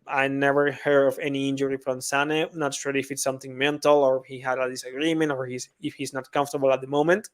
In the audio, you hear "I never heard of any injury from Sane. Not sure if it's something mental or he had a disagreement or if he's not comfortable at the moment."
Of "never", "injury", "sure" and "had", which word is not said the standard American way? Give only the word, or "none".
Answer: sure